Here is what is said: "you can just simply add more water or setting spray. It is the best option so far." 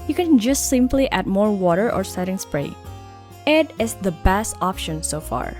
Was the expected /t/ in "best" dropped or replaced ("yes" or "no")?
no